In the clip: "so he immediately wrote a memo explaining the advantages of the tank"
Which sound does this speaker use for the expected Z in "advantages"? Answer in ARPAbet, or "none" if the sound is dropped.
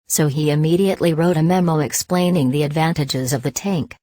Z